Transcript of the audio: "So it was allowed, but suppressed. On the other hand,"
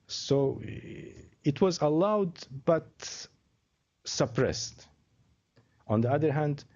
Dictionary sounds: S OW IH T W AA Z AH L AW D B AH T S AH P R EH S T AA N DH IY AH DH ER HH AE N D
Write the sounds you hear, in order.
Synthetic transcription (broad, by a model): S OW IH T W AA Z AH L AW D B AH T S AH P R EH S T AA N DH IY AH DH ER HH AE N D